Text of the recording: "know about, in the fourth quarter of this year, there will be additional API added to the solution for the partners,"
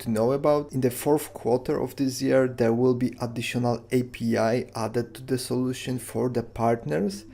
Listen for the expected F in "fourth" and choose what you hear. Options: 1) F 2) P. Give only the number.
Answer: 1